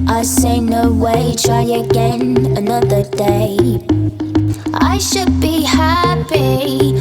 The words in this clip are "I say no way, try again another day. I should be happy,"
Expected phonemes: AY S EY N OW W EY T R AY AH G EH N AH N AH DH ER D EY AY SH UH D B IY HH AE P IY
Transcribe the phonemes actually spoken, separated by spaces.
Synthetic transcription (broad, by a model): AY S EY N OW W EY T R AY AH G EH N AH N AH DH ER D EY AY SH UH D B IY HH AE P IY